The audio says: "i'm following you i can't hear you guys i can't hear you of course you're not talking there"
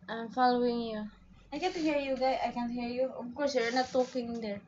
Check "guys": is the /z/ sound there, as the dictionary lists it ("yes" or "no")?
no